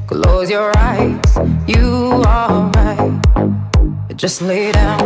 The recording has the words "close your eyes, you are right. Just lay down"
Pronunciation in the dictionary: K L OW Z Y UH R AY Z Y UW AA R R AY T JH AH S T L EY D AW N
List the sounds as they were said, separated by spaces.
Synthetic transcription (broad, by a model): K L OW Z Y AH R AY Z Y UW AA L R AY T JH AH S T L EY D AW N